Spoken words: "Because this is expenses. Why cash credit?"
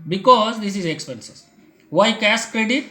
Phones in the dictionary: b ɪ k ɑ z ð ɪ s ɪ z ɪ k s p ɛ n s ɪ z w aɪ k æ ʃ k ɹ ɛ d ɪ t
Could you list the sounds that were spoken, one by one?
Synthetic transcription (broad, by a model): b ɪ k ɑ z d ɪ s ɪ z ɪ k s p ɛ n s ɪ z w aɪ k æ s k ɹ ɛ d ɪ t